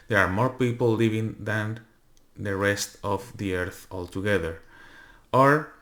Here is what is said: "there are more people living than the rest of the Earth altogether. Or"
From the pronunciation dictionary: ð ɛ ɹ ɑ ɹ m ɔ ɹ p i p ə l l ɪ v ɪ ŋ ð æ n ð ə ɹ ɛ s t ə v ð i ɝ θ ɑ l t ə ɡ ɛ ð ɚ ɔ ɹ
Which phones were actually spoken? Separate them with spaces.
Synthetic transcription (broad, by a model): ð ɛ ɹ ɑ ɹ m ɔ ɹ p i p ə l l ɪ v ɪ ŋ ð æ n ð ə ɹ ɛ s t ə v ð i ɝ θ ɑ l t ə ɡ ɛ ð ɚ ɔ ɹ